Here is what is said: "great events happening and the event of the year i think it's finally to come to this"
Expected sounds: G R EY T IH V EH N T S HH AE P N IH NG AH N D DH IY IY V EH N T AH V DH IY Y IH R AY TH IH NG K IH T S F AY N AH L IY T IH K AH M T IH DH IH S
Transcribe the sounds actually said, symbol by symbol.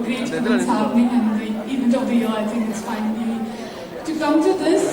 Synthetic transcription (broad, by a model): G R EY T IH EH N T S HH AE N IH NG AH N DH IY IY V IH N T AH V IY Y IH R AY TH IH NG K IH T S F AY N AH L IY T IH K AH M T IH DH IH S